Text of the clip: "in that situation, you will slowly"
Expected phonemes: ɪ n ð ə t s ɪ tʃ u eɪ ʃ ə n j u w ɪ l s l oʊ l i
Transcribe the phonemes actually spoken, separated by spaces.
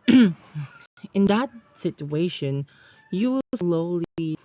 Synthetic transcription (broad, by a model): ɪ n ð ə t s ɪ tʃ u eɪ ʃ ə n j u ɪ w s l oʊ l i